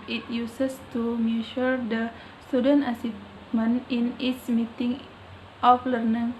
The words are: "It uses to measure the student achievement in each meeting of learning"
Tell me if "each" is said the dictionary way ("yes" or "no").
no